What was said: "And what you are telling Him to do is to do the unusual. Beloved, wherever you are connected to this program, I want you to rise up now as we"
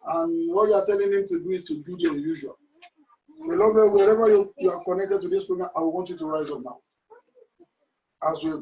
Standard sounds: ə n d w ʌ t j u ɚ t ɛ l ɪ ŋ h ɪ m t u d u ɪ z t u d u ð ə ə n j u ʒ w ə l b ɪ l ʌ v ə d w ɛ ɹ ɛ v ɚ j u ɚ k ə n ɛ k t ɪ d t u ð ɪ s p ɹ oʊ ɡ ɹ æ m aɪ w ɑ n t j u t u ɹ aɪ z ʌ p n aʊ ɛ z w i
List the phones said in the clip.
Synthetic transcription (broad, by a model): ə n w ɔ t j u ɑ t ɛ l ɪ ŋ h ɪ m t u d u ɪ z t u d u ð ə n j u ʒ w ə l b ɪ l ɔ b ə w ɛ ɹ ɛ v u j u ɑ k ə n ɛ k t ɪ d t u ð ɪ s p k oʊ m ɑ aɪ w ɑ n t j u t u ɹ aɪ z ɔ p n aʊ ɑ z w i